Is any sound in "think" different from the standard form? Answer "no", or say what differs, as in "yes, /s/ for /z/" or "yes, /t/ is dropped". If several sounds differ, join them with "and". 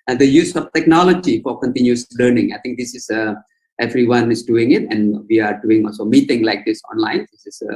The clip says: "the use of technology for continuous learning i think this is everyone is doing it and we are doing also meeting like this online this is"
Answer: yes, /t/ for /θ/